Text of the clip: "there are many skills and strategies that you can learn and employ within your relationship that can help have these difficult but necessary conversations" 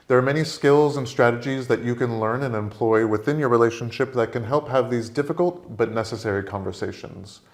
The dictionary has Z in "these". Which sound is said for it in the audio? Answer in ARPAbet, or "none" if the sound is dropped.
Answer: Z